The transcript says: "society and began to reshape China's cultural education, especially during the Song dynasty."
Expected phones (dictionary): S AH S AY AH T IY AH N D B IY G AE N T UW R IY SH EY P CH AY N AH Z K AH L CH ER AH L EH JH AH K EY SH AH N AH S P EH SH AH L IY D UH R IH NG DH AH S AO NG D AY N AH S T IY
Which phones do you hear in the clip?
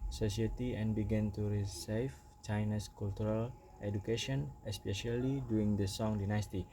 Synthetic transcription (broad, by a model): S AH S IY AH T IY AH N B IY G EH N T UW R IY S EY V CH AY N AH S K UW L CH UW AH L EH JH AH K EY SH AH N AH S P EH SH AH L IY D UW IH NG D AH S AO NG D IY N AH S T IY